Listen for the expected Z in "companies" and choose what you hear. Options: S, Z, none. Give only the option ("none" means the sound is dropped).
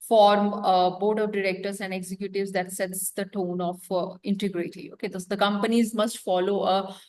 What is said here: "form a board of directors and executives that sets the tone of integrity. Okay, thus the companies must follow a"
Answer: Z